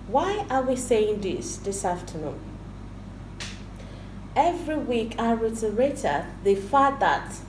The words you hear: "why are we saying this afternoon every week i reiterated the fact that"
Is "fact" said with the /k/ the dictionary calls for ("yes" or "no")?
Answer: no